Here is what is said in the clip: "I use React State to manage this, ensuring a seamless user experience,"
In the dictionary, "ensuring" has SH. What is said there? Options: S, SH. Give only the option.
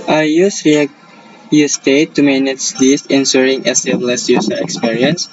S